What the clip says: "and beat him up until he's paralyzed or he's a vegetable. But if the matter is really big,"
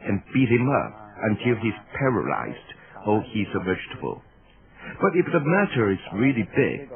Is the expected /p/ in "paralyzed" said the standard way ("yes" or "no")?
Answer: yes